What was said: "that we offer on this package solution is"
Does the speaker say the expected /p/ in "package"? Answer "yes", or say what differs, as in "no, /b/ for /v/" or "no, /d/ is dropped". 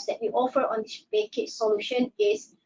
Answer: no, /b/ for /p/